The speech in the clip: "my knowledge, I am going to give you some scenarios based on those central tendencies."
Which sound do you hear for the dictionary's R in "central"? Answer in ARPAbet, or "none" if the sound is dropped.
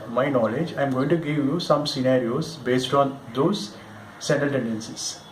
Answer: none